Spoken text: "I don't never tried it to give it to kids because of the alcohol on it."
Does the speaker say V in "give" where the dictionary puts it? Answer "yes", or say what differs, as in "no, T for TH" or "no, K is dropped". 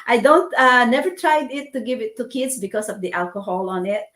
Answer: yes